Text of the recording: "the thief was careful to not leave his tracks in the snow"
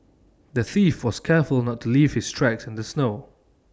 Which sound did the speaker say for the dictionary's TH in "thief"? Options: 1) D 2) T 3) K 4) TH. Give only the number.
4